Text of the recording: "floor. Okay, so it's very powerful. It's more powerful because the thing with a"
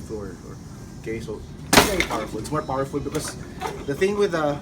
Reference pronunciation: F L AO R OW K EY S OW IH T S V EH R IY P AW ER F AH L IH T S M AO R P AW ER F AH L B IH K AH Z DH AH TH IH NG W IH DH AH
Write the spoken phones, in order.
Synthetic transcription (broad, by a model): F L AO R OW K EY S OW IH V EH IY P AW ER F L IH T S M AO R P AW ER F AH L B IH K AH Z DH AH TH IH NG W IH DH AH